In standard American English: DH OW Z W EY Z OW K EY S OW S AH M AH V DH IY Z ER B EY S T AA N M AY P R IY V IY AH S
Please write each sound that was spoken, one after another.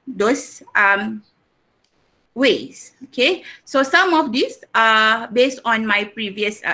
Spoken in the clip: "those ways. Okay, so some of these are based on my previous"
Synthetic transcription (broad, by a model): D OW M W EY S OW K EY S OW S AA M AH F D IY S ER B EY S T AA N M AY P R IY V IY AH S